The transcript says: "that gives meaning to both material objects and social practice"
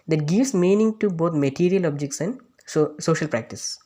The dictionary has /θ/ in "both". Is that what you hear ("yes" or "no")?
no